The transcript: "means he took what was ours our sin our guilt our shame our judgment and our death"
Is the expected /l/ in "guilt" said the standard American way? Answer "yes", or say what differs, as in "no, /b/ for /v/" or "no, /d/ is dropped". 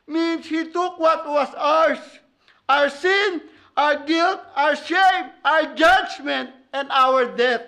yes